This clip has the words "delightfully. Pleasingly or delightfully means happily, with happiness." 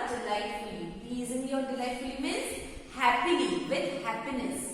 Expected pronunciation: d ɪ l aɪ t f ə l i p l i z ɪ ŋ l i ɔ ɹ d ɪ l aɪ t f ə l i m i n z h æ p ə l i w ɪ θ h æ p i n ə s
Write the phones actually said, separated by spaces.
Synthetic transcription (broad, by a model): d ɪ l aɪ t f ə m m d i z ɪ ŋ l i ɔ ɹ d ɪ l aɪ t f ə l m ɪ z h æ p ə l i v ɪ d h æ p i n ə s